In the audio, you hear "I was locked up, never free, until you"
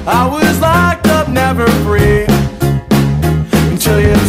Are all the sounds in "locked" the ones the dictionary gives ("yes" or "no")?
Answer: no